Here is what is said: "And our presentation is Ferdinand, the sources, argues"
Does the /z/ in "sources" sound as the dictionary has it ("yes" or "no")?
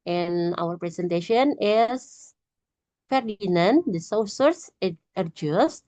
no